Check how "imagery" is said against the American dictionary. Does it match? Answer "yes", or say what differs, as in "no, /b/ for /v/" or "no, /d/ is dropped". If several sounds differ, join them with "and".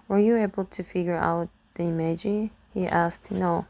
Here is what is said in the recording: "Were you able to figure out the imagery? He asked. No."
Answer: no, /ɹ/ is dropped